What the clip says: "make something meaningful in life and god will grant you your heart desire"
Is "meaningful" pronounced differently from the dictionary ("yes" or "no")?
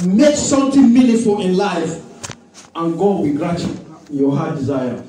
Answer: yes